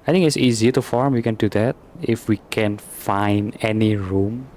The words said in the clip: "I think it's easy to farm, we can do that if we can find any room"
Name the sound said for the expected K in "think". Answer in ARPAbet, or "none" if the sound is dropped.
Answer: none